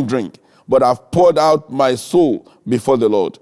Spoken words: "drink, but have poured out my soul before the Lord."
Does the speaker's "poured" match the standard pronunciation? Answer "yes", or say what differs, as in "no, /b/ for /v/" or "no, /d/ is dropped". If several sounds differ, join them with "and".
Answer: yes